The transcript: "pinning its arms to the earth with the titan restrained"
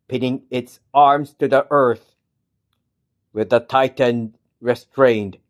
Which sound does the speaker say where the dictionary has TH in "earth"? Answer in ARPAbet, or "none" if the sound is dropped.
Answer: TH